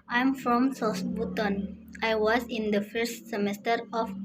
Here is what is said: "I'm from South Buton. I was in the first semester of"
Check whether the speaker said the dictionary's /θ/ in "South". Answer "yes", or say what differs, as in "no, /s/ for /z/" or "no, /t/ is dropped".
no, /s/ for /θ/